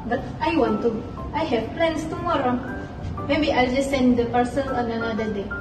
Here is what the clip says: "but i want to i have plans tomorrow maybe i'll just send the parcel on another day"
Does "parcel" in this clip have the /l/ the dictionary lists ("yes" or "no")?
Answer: no